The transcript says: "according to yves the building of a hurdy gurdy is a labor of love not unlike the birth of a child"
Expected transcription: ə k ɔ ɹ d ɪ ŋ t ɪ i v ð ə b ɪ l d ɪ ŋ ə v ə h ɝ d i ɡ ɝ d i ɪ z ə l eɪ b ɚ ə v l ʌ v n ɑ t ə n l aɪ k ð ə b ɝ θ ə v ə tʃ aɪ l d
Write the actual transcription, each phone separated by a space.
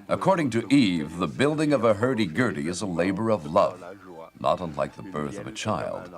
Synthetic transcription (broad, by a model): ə k ɔ ɹ d ɪ ŋ t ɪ i v ð ə b ɪ l d ɪ ŋ ə v ə h ɝ d i ɡ ɝ d i ɪ z ə l eɪ b ɚ ə v l ʌ v n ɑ t ə n l aɪ k ð ə b ɝ θ ə v ə tʃ aɪ l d